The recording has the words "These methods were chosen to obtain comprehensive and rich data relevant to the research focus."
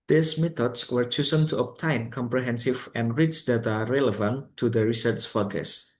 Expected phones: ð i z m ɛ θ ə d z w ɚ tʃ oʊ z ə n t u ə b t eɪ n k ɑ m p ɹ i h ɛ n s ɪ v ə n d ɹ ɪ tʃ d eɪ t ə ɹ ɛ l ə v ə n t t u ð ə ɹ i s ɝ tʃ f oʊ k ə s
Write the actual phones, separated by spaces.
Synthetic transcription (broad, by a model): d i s m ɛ t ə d s w ɚ tʃ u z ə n t u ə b t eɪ n k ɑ m p ɹ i h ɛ n s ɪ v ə n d ɹ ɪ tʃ d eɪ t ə ɹ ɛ l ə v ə n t t u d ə ɹ i s ɝ tʃ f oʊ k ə s